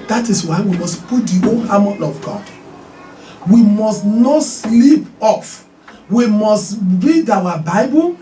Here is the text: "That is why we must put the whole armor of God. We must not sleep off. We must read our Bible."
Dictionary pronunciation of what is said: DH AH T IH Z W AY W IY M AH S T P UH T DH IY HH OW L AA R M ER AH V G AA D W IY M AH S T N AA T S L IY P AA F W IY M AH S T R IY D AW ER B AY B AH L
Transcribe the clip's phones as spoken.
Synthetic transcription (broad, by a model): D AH T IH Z W AY W IY M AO S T P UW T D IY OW N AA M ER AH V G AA W IY M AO S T N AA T S L IY P AA F W IY M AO S T R IY D AW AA B AY B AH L